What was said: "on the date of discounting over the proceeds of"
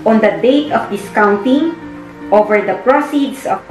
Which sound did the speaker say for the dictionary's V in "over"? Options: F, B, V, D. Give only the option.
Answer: V